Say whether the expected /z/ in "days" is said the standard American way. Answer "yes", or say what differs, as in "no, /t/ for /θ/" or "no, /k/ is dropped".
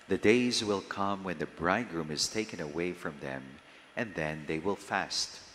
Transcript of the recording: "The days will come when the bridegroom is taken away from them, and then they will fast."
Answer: yes